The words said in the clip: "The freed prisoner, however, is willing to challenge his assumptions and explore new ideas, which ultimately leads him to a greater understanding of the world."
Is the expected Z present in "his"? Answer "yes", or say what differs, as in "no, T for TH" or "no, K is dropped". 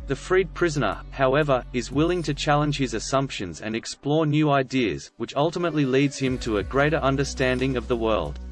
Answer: yes